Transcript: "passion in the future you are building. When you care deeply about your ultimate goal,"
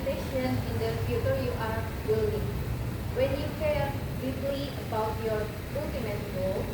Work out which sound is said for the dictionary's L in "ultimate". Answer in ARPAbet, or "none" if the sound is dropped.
none